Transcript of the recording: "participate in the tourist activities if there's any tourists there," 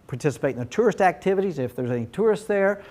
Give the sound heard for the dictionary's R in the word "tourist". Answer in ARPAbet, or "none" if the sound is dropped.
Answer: R